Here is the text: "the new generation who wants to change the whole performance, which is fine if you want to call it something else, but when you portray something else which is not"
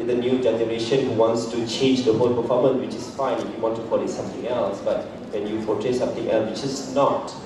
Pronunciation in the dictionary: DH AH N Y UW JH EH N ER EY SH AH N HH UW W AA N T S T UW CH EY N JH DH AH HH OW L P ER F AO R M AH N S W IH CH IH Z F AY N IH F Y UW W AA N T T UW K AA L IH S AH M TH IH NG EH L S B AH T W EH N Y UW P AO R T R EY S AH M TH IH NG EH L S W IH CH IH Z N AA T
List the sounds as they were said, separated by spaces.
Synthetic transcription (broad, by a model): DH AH N Y UW JH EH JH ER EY SH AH N HH UW W AA N T S T UW CH EY N JH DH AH HH OW L P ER F AO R M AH N W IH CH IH S F AY N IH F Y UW W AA N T T UW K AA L IH S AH M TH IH NG EH L S B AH T W EH N Y UW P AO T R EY S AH M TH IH NG EH L S W IH CH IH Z N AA T